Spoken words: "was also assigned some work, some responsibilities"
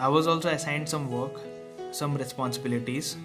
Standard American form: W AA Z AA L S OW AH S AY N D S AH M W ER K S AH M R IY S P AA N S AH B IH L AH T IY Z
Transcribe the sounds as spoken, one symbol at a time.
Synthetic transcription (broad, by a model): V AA Z AA L S OW AH S AY N D S AH M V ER K S AH M R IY S P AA N S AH B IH L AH T IY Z